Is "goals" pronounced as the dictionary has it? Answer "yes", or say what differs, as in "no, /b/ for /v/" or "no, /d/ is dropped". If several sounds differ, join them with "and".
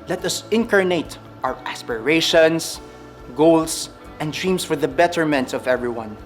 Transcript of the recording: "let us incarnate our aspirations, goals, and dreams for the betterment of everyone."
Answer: no, /s/ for /z/